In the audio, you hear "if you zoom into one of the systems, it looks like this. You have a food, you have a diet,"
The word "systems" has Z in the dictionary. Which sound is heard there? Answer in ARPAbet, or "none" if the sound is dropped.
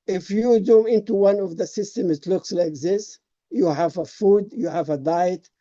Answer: none